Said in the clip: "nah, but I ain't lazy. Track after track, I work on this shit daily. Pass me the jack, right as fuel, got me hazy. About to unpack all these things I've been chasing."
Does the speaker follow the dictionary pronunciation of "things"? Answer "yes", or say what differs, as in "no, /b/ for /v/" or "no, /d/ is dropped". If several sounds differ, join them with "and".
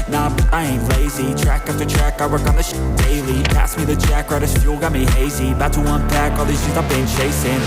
no, /ŋ/ is dropped